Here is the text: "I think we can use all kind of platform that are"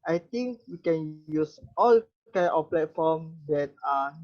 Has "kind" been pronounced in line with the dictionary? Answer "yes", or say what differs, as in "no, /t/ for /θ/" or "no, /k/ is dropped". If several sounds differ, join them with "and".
no, /d/ is dropped